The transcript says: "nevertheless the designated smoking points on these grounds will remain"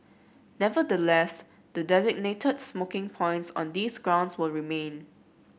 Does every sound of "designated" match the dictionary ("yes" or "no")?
yes